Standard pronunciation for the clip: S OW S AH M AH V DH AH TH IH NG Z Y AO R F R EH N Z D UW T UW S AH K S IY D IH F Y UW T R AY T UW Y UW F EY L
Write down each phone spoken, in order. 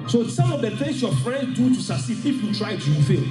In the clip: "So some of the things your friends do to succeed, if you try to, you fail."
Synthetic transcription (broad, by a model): S OW S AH M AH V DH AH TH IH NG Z Y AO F R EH N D D UW T UW S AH S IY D IH F Y UW T R AY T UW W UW F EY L